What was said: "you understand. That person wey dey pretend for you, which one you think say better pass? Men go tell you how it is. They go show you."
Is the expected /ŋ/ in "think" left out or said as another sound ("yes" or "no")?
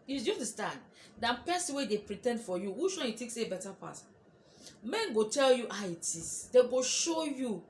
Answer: yes